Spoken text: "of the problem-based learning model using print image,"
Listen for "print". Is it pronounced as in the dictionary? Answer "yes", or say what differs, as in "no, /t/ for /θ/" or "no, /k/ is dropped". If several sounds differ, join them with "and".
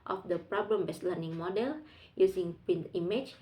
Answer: no, /ɹ/ is dropped